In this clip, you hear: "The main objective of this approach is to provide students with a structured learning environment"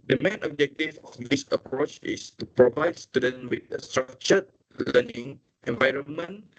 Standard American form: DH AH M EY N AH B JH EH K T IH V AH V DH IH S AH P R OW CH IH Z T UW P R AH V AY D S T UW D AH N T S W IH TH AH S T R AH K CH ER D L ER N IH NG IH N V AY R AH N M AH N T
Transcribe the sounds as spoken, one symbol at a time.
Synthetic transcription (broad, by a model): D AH M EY N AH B JH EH K T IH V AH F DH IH S AH P R OW CH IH S T UW P R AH V AY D S T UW D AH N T W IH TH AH S T R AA K CH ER L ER N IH NG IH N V AY R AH N M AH N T